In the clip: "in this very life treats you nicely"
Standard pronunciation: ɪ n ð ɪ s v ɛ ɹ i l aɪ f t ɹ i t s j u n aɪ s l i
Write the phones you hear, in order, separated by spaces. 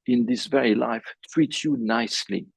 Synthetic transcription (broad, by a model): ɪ n ð ɪ s v ɛ ɹ i l aɪ f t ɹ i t j u n aɪ s l i